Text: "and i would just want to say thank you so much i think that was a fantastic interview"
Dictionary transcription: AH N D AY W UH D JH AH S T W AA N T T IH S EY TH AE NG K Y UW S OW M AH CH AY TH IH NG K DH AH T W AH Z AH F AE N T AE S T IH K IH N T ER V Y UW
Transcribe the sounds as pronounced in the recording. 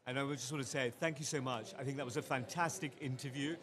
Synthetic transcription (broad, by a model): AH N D AY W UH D JH AH S T W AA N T T IH S EY TH AE NG K Y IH S OW M AH CH AY TH IH NG K DH AH T W AH Z AH F AE N T AE S T IH K IH N T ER V Y UW